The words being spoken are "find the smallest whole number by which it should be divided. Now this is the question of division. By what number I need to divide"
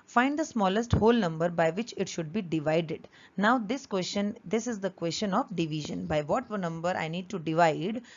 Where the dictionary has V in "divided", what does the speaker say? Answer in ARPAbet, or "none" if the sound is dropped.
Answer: V